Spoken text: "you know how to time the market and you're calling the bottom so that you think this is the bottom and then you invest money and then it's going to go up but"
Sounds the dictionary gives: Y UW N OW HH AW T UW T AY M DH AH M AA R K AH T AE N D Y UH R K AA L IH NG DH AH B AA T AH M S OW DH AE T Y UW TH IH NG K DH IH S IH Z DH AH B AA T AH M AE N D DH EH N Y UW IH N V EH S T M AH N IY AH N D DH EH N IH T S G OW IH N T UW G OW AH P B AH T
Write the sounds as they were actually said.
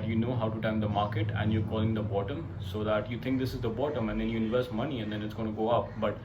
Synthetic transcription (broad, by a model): Y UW N OW HH AW T UW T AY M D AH M AA R K AH T AE N D Y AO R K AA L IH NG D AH B AA T AH M S OW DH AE T Y UW T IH NG K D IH S IH Z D AH B AA T AH M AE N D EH N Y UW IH V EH S M AH N IY AH N D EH N IH T S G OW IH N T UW G OW AH P B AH T